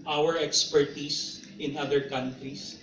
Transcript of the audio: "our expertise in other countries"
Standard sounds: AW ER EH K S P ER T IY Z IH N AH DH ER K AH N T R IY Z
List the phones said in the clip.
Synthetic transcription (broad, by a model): AW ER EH K S P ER T IY S IH N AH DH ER K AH N T R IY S